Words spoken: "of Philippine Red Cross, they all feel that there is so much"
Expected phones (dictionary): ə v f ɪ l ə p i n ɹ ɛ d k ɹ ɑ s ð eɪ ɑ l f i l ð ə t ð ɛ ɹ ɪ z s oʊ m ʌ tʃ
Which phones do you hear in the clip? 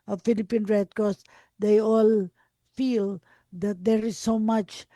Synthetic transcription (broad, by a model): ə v f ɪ l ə p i n ɹ ɛ d k ɑ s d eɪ ɑ l f i l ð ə t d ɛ ɹ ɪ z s oʊ m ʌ tʃ